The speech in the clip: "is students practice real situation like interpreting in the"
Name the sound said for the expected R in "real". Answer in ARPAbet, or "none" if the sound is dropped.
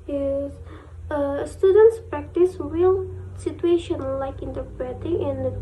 W